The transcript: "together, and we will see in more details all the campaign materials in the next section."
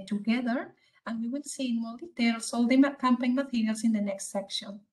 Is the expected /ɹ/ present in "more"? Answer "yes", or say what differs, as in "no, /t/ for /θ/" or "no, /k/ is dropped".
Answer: no, /l/ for /ɹ/